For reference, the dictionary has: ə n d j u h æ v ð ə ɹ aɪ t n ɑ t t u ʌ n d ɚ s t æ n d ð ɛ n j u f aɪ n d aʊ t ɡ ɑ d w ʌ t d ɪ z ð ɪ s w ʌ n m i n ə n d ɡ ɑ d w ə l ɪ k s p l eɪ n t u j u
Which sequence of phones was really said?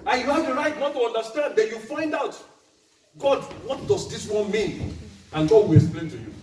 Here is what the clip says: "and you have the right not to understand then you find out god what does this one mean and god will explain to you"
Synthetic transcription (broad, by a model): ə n j u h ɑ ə ɹ aɪ t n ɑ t t u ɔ n d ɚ s t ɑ n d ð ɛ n j u f aɪ n d aʊ t ɡ ɑ d w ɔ t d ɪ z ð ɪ s w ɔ n m i n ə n ɡ ɑ d w ə l ɪ k s p l eɪ n t u j u